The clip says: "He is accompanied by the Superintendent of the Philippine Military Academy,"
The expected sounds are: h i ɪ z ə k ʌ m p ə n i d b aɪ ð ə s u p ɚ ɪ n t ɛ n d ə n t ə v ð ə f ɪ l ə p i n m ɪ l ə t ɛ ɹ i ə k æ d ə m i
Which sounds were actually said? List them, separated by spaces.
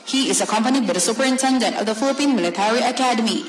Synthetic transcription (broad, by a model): h i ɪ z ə k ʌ m p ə n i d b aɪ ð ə s u p ɚ ɪ n t ɛ n d ə n t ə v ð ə f ɪ l ə p i n m ɪ l ə t ɛ ɹ i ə k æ d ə m i